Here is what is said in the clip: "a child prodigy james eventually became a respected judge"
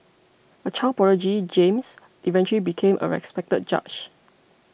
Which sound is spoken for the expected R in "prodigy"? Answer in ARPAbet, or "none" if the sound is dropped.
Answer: none